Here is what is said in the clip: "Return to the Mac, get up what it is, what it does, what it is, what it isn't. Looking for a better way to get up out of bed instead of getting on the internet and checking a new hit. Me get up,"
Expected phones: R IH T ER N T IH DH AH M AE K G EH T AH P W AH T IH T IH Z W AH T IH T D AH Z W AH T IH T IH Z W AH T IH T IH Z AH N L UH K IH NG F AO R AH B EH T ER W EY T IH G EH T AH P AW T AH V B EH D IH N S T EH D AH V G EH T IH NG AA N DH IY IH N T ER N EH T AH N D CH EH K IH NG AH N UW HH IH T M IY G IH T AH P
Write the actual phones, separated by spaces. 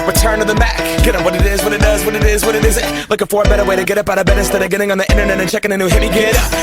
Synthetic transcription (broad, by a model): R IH T ER N T IH DH AH M AE K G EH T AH W AH T IH T IH Z W AH T IH T D AH Z W AH T IH T IH Z W AH T IH T IH Z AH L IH K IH F AO R B EH T ER W EY T IH G EH T AH P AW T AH B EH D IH S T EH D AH G EH T IH NG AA N DH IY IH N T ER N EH T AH N CH EH K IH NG AH N UW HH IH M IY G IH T